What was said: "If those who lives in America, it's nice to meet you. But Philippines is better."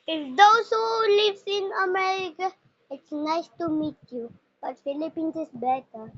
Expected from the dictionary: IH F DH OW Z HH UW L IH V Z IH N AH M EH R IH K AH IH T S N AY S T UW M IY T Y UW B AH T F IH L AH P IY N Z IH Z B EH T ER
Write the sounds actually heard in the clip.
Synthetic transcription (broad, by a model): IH F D OW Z HH UW L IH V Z IH N AH M EH R IH K AH IH T S N AY S T UW M IY T Y UW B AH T F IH L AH P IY N S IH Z B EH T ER